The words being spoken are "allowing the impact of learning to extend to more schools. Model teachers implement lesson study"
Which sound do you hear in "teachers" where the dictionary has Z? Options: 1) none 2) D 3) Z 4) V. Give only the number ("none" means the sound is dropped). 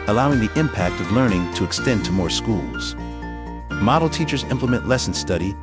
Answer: 3